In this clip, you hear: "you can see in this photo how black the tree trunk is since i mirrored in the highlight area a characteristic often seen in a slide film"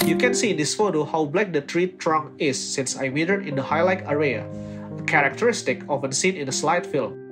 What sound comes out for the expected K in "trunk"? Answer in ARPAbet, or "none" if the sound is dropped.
none